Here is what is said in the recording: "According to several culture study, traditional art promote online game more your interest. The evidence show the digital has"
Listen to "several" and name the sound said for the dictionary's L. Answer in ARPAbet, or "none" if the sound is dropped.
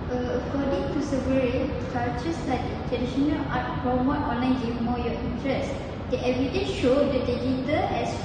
N